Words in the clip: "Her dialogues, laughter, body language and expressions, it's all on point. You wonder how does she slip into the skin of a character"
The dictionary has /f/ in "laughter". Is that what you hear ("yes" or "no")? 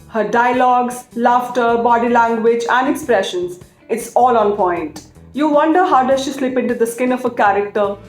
yes